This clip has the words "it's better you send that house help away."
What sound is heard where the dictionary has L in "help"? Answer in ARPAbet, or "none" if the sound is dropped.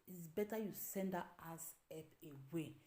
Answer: none